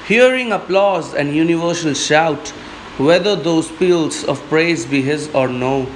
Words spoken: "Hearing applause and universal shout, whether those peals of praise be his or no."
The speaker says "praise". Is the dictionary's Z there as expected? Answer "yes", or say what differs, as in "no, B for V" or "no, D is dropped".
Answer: yes